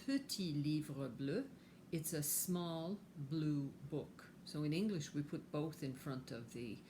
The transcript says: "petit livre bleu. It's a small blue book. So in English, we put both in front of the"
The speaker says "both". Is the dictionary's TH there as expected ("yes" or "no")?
yes